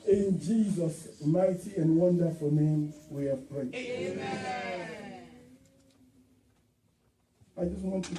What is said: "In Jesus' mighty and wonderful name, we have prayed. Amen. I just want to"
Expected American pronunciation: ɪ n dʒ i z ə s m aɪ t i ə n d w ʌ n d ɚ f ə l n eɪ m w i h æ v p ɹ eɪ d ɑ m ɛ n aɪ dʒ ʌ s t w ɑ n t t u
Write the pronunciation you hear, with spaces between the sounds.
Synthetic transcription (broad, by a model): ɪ n dʒ i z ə s m aɪ t i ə n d w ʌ n d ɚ f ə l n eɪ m w i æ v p ɹ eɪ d ɑ ɪ dʒ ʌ s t w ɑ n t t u